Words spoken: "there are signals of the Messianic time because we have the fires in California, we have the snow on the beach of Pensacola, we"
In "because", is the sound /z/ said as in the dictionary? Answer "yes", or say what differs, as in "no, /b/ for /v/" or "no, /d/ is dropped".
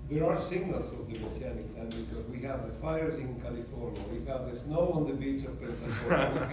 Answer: yes